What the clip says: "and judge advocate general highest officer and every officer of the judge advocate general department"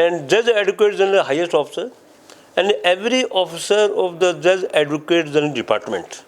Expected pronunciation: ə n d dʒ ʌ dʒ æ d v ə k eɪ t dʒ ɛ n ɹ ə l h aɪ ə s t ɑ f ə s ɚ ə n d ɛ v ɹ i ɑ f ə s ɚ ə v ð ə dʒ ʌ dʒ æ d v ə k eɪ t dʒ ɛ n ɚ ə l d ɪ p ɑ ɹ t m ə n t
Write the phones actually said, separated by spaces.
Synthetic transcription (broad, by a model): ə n d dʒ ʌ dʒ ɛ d ə k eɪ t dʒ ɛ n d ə h aɪ ə s t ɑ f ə s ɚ ə n d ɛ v ɹ i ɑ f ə s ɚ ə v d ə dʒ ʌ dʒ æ d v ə k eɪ t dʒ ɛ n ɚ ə d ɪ p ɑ ɹ t m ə n t